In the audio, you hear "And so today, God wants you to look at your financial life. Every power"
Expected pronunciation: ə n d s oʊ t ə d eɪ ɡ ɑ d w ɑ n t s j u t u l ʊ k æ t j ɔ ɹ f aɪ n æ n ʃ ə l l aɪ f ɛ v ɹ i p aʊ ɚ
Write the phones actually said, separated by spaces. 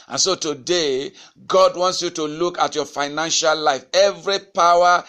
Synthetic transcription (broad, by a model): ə n s oʊ t ə d eɪ ɡ ɑ d w ɑ n t s j u t u l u k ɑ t j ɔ f aɪ n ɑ n ʃ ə l l aɪ f ɛ v ɹ i p aʊ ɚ